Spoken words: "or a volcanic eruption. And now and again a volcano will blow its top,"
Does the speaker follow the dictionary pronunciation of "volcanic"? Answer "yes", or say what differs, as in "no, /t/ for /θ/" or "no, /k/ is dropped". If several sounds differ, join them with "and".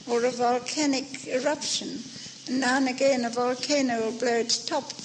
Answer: yes